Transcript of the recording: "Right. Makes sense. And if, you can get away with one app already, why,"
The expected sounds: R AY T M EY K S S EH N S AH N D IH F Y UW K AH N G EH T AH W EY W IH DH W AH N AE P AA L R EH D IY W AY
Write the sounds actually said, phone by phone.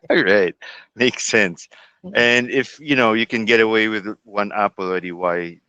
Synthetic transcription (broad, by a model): R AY T M EY K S S EH N S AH N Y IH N Y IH K AH N G EH T AH W EY W IH DH W AH N AE P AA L IH D IY W AY